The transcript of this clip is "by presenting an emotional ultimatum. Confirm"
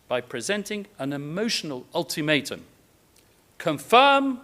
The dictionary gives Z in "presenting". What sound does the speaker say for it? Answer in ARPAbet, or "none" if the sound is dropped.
Z